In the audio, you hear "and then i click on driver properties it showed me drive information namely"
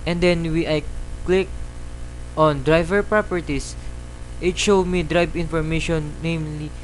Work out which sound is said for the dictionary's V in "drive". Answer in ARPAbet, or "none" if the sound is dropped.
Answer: B